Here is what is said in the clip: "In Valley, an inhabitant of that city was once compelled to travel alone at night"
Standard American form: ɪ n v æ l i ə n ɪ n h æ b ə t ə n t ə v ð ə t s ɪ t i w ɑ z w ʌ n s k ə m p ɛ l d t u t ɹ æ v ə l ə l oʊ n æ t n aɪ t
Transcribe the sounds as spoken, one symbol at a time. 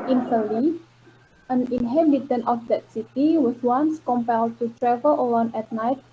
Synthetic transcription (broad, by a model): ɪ n f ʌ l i ə n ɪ n h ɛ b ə t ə n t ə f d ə t s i t i w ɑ s w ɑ n s k ə m p ɛ l d t u t ɹ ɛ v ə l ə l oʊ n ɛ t n aɪ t